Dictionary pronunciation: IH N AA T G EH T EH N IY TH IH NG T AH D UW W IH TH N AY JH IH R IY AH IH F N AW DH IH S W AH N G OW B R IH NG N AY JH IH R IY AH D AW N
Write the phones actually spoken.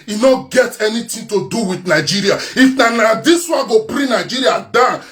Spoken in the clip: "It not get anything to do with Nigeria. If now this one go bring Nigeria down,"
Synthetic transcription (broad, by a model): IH N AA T G EH T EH N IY T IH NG T AH D UW W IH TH N AY JH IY R IY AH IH F N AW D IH S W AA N G OW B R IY N AY JH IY R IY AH D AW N